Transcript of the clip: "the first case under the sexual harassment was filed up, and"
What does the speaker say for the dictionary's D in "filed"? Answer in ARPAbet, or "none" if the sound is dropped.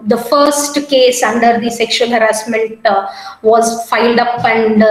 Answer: D